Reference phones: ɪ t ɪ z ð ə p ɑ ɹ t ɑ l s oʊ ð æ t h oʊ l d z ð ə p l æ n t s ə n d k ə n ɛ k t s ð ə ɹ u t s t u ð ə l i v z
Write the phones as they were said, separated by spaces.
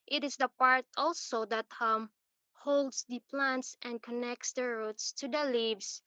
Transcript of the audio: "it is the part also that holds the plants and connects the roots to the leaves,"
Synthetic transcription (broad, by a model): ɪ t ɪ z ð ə p ɑ ɹ t ɑ l s oʊ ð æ t h oʊ l d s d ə p l æ n t s ə n d k ə n ɛ k t s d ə ɹ u t s t u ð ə l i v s